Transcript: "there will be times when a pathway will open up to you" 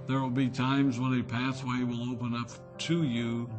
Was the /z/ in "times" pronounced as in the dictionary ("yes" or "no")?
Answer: yes